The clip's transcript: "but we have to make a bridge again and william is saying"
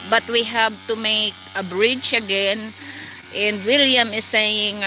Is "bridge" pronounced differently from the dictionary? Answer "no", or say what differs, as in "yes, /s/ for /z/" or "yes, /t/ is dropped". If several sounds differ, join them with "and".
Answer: yes, /tʃ/ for /dʒ/